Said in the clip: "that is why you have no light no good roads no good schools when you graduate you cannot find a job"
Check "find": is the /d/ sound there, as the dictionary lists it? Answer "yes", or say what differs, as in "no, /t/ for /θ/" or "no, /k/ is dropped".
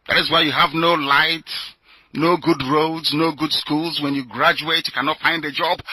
yes